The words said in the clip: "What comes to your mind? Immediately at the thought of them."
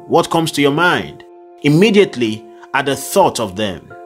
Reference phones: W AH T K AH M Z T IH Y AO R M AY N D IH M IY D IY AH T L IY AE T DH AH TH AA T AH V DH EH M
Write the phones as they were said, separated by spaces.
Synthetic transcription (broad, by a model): W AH T K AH M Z T IH Y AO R M AY N D IH M IY D IY AH T L IY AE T DH AH TH AA T AH V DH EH M